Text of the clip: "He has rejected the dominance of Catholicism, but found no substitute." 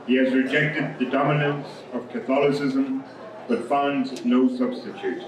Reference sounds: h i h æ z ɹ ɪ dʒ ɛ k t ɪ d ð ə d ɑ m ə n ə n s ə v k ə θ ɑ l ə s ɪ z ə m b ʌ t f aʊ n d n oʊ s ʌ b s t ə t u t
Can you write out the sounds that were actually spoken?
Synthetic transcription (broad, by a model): h i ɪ z ɹ ɪ dʒ ɛ k t ɪ d ð ə d ɑ m ə n ə n s ə v k ə θ ɑ l ə s ɪ z ə m b ʌ t f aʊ n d n oʊ s ʌ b s t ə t u t